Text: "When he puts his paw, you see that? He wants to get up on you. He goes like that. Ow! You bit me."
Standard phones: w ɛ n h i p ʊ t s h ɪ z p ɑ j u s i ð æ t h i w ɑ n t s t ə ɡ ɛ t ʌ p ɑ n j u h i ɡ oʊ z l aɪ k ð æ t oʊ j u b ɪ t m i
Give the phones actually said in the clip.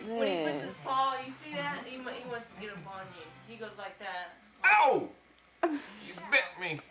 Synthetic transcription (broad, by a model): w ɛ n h i p ʊ t s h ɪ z p ɑ j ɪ s i ð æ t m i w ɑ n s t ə ɡ ɛ t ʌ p ɑ n j u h i ɡ oʊ z l aɪ k ð æ t oʊ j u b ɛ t m i